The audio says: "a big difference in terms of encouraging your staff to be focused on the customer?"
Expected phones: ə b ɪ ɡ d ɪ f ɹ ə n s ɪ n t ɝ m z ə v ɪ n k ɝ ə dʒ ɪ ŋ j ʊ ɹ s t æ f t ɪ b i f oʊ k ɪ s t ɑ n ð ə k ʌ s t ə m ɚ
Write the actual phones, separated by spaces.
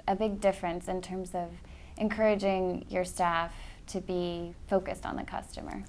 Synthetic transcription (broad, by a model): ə b ɪ ɡ d ɪ f ɹ ə n s ɪ n t ɝ m z ə v ɪ n k ɝ ə dʒ ɪ ŋ j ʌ ɹ s t æ f t ɪ b i f oʊ k ɪ s t n ð ə k ʌ s t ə m ɚ